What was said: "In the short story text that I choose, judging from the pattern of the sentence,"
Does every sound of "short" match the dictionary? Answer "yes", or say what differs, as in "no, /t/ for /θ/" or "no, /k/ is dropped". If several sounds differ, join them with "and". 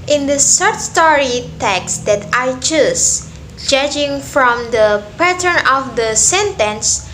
no, /s/ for /ʃ/